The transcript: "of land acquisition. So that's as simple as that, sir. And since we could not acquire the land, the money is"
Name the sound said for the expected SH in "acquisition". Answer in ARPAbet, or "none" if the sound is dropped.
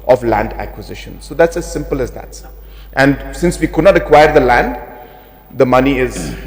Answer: SH